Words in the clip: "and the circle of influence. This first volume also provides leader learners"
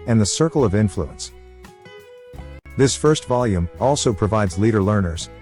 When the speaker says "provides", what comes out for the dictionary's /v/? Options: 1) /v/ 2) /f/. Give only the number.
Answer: 1